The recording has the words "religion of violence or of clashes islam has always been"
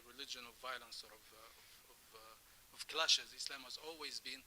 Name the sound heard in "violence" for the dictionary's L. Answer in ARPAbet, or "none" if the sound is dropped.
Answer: L